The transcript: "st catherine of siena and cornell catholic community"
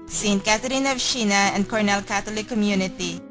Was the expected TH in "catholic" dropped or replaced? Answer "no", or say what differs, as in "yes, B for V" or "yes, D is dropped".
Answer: yes, T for TH